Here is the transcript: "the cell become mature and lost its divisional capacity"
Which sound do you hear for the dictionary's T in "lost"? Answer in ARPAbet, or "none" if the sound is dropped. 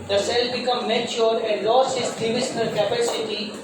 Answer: none